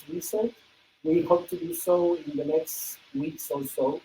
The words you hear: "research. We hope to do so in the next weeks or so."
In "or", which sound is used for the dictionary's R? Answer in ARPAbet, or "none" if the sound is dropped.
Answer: L